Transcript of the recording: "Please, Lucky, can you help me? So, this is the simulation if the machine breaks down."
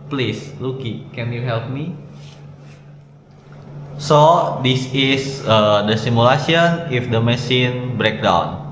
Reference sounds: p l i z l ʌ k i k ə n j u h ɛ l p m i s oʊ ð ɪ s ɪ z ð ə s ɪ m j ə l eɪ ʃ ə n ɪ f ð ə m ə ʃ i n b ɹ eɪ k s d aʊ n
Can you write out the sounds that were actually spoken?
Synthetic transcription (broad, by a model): p l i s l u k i k ə n j u h ɛ l p m i s oʊ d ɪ s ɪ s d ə s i m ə l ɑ s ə n ɪ f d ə m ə s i n b ɹ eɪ k d aʊ n